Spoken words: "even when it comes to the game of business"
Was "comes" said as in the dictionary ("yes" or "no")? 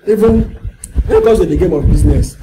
no